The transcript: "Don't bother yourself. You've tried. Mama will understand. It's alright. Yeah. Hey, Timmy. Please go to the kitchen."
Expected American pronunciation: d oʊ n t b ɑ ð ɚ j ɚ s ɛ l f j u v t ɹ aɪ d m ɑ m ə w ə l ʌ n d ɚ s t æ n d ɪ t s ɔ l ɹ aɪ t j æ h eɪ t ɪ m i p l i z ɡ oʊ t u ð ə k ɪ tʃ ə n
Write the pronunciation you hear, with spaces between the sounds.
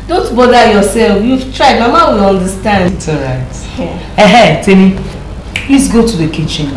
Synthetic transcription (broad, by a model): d oʊ n t b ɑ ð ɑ j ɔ s ɛ l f j u v t ɹ aɪ d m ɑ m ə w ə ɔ n d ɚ s t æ n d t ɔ ɹ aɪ t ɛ h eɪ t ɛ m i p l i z ɡ oʊ t u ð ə k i tʃ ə n